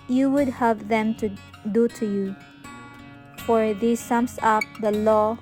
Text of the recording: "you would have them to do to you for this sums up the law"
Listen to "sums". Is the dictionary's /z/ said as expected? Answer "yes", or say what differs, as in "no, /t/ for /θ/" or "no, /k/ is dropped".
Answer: no, /s/ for /z/